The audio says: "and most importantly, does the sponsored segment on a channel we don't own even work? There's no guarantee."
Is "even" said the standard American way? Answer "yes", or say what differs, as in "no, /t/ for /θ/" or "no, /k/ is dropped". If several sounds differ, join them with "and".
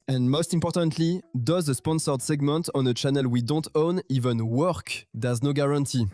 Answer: yes